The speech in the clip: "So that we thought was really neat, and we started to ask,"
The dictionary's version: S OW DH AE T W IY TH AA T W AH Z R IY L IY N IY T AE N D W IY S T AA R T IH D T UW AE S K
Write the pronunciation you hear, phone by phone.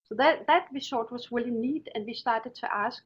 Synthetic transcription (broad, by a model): S OW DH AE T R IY S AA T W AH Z R IY L IY N IY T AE N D W IY S T AA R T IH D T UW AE S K